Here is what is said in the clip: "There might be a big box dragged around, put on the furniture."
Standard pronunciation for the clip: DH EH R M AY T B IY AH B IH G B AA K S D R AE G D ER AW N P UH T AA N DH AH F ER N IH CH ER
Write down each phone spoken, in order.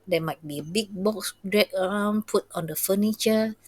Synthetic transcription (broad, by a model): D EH M AY T B IY AH B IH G B AA K S D R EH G ER AW N P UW T AA N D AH F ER N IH CH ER